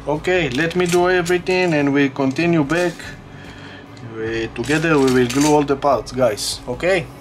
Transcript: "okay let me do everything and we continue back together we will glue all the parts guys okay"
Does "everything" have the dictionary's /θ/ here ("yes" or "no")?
no